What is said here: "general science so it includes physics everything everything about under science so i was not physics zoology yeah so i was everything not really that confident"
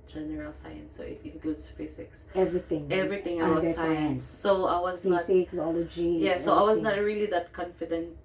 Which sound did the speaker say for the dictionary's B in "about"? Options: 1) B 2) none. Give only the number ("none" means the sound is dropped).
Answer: 2